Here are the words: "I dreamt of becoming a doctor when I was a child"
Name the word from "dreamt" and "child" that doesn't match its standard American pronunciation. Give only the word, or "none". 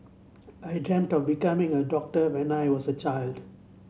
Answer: none